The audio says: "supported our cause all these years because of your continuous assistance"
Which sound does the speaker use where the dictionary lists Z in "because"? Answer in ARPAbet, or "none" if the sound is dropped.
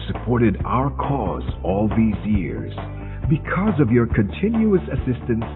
Z